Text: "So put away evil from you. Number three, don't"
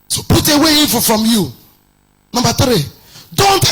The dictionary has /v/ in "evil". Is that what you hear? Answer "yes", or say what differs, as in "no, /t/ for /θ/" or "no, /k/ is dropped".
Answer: no, /f/ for /v/